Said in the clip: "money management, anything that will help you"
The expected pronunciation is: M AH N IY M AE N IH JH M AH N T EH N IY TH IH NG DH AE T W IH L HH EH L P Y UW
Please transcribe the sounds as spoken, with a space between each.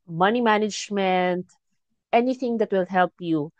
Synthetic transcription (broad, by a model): M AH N IY M AE N IH JH M AH N T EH N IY T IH NG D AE T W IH L HH EH L P Y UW